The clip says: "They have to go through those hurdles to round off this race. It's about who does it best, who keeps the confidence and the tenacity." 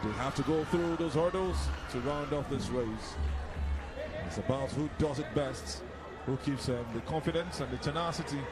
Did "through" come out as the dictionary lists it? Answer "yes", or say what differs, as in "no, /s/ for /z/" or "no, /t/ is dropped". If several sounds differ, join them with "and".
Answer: yes